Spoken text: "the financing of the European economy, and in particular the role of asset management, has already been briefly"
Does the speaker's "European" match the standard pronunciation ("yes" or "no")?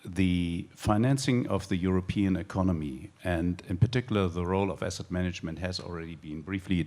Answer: yes